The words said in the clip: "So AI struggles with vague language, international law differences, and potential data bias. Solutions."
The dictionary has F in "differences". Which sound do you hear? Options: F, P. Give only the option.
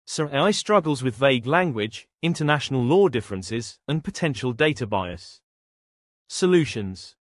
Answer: F